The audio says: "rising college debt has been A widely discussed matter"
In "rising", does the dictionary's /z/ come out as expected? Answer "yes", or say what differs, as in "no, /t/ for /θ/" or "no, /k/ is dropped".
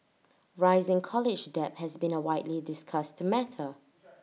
yes